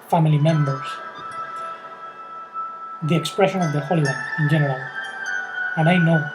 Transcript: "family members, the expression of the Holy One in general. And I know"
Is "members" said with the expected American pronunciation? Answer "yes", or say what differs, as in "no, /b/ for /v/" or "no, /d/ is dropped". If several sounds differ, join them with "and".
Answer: no, /s/ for /z/